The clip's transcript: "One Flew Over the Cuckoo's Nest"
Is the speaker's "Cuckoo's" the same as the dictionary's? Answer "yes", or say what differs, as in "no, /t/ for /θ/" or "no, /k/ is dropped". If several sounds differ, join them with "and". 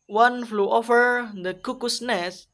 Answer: no, /s/ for /z/